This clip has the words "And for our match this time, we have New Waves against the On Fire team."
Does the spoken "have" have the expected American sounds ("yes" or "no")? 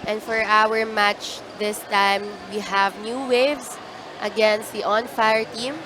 yes